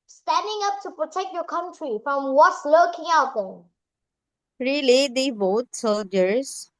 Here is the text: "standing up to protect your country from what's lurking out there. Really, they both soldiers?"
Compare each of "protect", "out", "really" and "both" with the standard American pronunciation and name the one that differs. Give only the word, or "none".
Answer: both